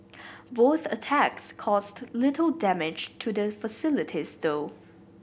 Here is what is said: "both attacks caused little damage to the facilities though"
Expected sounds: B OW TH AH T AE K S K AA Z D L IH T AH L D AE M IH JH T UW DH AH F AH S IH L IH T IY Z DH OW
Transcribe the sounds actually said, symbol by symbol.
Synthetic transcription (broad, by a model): B OW TH AH T AE K S K AA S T L IH T AH L D AE M IH JH T UW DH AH F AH S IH L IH T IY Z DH OW